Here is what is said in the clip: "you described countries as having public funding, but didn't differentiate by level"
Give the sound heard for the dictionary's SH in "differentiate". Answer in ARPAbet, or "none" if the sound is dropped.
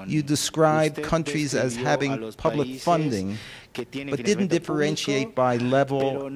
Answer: SH